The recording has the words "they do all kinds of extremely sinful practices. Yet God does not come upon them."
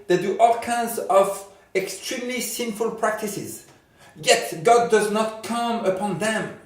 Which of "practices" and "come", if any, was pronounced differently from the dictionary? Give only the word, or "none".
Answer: none